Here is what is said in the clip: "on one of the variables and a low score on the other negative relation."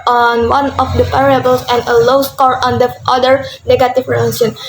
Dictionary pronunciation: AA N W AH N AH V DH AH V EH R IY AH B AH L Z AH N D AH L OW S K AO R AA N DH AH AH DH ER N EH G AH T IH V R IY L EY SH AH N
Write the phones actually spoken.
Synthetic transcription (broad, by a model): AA N W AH N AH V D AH P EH R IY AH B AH L S AH N D AH L OW S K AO R AA N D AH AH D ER N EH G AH T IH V R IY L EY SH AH N